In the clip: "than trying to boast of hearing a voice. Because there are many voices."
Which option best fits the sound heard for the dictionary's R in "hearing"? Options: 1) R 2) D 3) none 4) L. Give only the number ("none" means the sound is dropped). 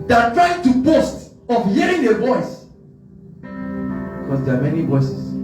1